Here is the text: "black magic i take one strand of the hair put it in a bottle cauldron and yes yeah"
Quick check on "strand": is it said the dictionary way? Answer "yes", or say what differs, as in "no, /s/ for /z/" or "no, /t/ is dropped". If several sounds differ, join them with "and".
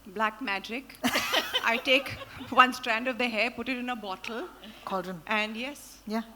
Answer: yes